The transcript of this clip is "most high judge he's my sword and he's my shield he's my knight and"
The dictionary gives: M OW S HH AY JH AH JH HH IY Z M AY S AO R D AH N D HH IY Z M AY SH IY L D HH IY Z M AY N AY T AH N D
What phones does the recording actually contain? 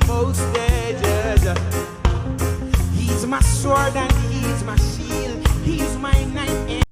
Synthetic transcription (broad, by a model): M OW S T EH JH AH Z HH IY Z M AY S AO R D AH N HH IY Z M AY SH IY L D HH IY Z M AY N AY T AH